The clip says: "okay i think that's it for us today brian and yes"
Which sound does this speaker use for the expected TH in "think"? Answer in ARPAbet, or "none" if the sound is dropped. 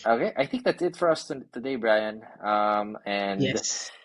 TH